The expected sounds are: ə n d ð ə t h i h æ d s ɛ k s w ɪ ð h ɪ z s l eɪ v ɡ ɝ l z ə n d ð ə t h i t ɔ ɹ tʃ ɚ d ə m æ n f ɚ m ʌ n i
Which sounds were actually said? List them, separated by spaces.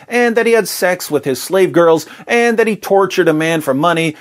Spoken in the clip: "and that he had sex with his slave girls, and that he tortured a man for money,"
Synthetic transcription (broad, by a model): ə n ð ə t h i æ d s ɛ k s w ɪ ð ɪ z s l eɪ v ɡ ɝ l z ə n ð ə t h i t ɔ ɹ tʃ ɚ d ə m æ n f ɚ m ʌ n i